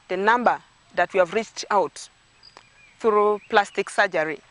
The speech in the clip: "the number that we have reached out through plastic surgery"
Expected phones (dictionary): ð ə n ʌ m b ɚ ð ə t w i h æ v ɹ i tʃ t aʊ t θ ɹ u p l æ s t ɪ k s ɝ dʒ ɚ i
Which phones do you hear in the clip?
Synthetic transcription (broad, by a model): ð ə n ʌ m b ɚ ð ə t w i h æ v ɹ i tʃ t aʊ t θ ɹ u p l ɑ s t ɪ k s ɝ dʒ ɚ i